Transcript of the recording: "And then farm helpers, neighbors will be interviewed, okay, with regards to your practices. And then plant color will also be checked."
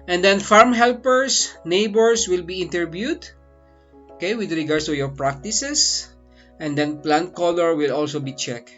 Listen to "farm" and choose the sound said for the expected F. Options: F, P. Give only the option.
F